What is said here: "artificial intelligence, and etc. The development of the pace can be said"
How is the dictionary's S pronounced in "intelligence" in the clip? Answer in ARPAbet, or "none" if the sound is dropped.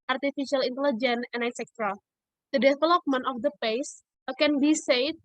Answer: none